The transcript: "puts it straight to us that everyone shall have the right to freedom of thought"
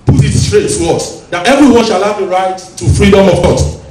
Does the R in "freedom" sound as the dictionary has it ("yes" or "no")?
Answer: yes